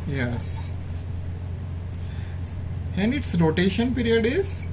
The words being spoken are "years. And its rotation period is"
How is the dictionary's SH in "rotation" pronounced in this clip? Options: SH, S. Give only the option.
SH